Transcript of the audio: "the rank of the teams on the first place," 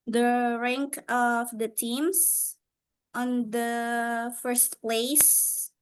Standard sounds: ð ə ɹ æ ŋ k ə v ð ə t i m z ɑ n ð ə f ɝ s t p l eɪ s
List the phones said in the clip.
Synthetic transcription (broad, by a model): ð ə ɹ æ ŋ k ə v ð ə t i m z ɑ n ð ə f ɝ s t p l eɪ s